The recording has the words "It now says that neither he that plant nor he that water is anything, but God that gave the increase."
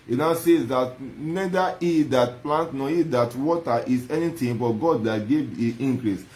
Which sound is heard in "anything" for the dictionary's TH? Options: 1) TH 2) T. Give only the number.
2